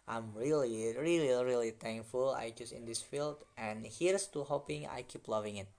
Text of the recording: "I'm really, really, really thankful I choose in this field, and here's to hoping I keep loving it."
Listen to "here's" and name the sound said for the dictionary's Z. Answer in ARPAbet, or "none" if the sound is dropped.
S